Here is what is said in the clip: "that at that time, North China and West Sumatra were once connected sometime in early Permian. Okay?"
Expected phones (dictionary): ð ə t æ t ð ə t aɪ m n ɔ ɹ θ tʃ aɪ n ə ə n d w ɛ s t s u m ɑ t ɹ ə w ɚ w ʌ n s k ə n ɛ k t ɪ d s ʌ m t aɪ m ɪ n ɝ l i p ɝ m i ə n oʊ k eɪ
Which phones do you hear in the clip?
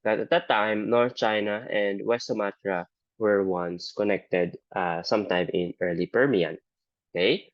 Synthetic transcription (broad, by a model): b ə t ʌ t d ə t aɪ m n ɔ ɹ θ tʃ aɪ n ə ə n d w ɛ s t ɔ m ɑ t ɹ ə w ɚ w ʌ n s k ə n ɛ k t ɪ d s ʌ m t aɪ m ɪ n ɝ l i p ɝ m i ə n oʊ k eɪ